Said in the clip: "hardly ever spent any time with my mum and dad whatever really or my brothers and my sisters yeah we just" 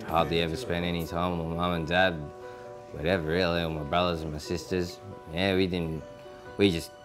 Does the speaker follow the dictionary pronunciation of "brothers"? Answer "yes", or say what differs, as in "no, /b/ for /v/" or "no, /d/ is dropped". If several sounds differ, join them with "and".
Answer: yes